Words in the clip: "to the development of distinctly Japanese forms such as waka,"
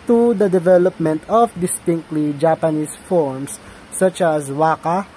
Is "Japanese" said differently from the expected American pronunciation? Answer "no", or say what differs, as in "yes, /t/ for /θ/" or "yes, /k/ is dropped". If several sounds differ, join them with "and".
yes, /s/ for /z/